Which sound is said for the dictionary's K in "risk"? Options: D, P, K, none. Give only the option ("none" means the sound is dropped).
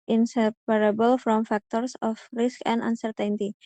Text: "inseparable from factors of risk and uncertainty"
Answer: K